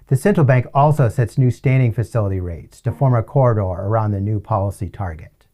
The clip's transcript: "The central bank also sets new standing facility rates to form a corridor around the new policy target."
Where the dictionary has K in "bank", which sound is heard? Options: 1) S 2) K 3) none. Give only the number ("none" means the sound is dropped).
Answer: 2